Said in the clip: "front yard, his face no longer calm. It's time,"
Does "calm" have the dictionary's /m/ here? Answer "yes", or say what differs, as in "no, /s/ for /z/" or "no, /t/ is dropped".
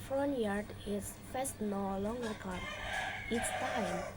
no, /m/ is dropped